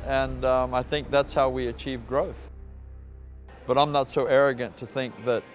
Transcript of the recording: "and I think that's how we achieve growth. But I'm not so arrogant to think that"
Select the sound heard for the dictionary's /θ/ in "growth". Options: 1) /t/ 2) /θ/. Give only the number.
2